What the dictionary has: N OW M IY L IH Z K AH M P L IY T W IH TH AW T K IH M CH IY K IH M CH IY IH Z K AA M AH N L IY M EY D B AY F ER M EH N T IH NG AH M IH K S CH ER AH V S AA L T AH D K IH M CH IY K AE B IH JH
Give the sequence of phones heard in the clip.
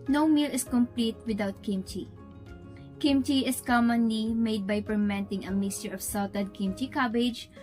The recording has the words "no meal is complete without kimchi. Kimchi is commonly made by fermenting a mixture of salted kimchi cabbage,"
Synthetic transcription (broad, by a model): N OW M IY L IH S K AH M P L IY T W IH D AW T K IH M CH IY K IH M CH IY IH S K AA M AH N L IY M EY D B AY P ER M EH N T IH NG AH M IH S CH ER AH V S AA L T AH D K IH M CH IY K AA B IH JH